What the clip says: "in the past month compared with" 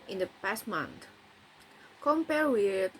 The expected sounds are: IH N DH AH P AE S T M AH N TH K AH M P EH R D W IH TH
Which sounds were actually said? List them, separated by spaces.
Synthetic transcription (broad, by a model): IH N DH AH P AE S T M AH N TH K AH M P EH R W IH